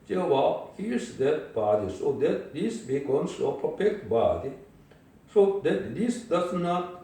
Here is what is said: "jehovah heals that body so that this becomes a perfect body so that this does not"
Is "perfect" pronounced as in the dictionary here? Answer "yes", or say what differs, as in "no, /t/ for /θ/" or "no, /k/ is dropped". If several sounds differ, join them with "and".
no, /p/ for /f/